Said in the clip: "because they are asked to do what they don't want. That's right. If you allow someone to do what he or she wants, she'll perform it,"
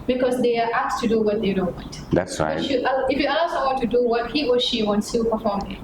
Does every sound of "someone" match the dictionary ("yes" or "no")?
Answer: no